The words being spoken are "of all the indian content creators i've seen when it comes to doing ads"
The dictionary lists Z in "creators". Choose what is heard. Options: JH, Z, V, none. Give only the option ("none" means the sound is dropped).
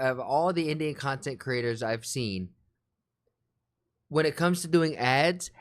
Z